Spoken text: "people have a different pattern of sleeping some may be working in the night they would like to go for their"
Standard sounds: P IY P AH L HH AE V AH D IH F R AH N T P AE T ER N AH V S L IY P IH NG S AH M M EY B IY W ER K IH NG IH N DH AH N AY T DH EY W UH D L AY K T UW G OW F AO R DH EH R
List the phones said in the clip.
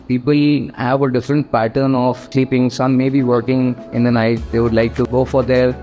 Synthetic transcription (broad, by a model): P IY P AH L HH AE V AH D IH F R AH N T P AE T ER N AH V S L IY P IH NG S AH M M EY B IY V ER K IH NG IH N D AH N AY T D EY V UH D L AY K T UW G OW F AO R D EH R